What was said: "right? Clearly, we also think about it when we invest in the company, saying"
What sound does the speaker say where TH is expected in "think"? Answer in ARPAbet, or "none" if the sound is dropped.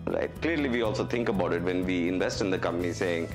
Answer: T